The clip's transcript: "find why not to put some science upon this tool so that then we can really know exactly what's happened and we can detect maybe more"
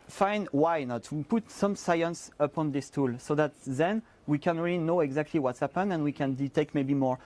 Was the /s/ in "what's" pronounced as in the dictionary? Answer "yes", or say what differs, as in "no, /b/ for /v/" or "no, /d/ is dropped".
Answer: yes